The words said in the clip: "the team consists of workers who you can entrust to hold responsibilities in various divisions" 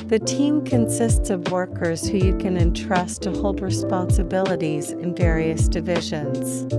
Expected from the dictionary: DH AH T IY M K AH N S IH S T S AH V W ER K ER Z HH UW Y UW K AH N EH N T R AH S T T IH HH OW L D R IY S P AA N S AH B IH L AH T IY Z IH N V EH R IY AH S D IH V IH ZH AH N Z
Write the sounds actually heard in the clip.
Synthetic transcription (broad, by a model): DH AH T IY M K AH N S IH S T S AH V W ER K ER Z HH UW Y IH K AH N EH N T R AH S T T IH HH OW L D R IY S P AA N S AH B IH L AH T IY Z IH N V EH R IY AH S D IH V IH ZH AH N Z